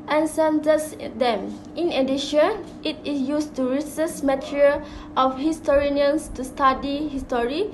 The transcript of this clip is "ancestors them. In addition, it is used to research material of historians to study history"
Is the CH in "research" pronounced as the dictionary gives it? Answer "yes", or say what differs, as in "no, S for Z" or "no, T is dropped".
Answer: no, S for CH